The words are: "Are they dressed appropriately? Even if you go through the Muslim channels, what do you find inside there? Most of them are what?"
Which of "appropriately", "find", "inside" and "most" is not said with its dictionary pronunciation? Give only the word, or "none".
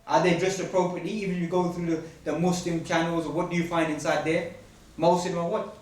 none